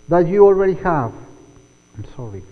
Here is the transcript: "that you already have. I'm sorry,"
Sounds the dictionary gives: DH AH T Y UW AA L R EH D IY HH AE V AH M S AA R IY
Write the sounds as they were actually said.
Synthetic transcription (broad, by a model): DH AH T Y UW AA L R EH D IY HH AE V AH M S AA R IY